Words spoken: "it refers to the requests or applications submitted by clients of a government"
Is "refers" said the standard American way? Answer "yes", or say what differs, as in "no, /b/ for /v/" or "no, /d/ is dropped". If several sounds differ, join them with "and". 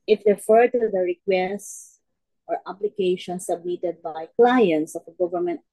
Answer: no, /z/ is dropped